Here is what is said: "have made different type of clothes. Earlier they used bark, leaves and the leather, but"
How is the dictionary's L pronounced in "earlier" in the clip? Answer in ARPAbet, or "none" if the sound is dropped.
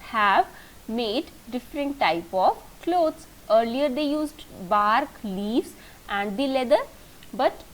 L